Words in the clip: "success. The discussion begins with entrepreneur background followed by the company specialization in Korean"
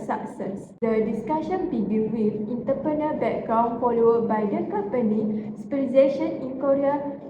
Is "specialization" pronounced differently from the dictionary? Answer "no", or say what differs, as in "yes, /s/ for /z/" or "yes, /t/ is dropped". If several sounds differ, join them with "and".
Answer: yes, /p/ is dropped